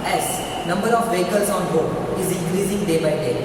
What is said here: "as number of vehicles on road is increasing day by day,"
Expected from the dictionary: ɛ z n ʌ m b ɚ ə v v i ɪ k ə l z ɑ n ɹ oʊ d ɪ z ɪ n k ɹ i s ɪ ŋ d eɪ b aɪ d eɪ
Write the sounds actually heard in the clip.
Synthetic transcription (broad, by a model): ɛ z n ʌ m b ɚ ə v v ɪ k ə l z ɑ n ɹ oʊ ɪ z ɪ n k ɹ i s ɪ ŋ d eɪ b aɪ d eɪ